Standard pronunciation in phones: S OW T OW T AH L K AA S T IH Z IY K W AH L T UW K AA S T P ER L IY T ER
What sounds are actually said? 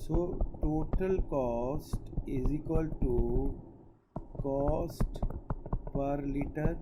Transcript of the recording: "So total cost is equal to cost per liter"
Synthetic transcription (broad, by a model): S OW T OW T AH L K AA S T IH Z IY K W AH L T UW K AA S T P ER L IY T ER